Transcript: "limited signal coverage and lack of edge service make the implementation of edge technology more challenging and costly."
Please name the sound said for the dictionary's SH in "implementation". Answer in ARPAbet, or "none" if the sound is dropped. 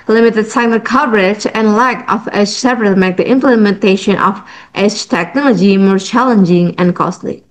SH